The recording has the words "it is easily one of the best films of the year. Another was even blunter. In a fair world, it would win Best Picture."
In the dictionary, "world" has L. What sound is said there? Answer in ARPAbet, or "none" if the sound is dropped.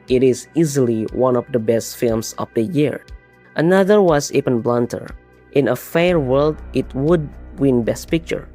L